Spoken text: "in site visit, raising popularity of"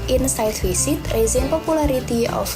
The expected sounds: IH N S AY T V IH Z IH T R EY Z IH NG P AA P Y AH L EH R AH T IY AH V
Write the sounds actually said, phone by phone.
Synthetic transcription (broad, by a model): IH N S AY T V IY S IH T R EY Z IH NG P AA P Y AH L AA R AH T IY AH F